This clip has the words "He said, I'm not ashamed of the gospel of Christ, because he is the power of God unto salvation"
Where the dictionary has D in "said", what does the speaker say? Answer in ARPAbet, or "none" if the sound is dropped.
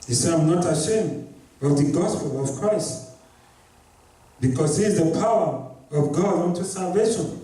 none